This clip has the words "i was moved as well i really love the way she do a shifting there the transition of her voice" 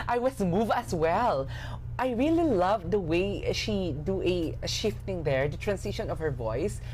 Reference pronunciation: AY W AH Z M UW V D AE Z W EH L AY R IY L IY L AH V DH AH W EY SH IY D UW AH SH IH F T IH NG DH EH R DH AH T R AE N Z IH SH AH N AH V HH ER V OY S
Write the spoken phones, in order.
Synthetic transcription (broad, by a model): AY W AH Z M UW V AE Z W EH L AY R IY L IY L AH V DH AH W EY SH IY D UW AH SH IH F T IH NG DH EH R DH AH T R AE N S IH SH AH N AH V HH ER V OY S